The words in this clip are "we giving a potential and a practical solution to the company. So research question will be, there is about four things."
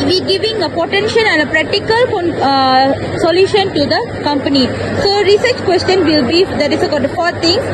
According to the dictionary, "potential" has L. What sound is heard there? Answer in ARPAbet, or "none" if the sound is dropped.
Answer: N